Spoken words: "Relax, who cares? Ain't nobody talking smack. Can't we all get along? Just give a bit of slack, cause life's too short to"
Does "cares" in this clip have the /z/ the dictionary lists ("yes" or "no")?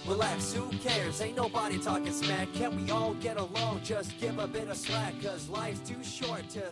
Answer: no